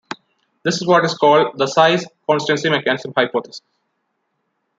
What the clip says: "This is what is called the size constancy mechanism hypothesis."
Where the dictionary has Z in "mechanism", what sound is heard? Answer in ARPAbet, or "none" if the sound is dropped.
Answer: S